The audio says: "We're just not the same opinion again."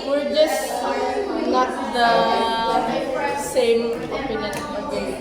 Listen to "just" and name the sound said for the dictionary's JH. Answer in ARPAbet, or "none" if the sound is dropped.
JH